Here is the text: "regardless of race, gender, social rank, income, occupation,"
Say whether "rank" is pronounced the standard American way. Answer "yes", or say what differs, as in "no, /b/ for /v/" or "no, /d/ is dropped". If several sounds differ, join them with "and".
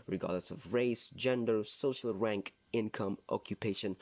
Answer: yes